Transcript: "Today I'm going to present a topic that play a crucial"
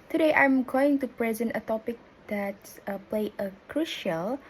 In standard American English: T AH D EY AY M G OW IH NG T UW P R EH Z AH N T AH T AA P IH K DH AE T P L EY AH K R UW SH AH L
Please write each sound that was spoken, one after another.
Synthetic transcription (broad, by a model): T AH D EY AY M G OW IH NG T UW P R EH Z AH N T AH T AA P IH K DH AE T P L EY AH K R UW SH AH L